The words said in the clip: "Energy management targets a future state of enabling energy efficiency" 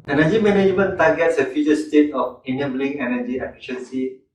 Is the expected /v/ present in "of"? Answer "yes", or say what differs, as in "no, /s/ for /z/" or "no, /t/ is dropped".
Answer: no, /f/ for /v/